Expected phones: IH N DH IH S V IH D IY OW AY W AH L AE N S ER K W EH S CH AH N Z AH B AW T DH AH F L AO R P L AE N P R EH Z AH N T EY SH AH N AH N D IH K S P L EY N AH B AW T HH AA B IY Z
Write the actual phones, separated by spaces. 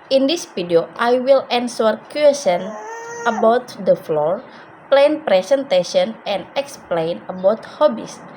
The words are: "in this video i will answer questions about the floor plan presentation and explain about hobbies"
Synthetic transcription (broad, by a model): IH N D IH S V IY D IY OW AY W AH L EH N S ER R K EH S AH N AH B AW T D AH F L AO R P L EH N P R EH S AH N T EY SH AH N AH N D IH K S P L EY N AH B AW T HH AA B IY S